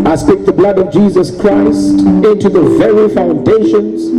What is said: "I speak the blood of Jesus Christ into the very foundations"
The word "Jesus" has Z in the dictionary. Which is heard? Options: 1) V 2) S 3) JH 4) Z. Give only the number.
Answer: 4